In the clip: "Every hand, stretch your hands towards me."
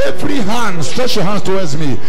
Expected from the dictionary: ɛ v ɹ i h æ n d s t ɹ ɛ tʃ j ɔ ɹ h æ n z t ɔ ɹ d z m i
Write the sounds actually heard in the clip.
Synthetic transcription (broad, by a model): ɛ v ɹ i h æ n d s t ɹ ɛ tʃ j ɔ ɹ h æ n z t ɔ w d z m i